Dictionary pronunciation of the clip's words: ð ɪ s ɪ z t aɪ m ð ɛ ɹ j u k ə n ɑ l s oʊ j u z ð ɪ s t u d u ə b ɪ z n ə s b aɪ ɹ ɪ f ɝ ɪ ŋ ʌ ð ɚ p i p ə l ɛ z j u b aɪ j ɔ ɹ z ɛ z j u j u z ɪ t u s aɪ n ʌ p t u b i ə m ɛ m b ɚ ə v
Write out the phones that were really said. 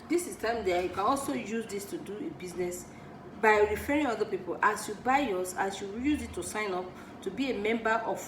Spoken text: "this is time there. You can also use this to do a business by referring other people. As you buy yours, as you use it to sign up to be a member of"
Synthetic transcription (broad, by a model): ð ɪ s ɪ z t aɪ m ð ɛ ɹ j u k ə n ɑ l s oʊ j u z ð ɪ s t u d u ə b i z n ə s b aɪ ɹ ɪ f ɝ ɪ ŋ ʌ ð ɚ p i p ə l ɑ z j u b aɪ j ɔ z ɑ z j u j u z ɪ t u s aɪ n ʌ p t u b i ə m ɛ m b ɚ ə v